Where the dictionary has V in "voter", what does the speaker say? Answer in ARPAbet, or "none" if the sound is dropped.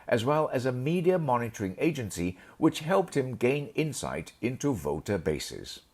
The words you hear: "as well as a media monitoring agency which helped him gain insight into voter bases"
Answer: V